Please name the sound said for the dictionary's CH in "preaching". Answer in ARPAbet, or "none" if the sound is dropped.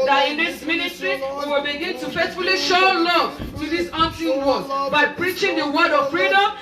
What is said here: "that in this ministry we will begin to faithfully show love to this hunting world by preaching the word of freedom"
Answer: CH